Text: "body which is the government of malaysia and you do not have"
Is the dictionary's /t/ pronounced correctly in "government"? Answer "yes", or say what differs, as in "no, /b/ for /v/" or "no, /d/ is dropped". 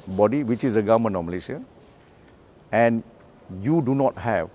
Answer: no, /t/ is dropped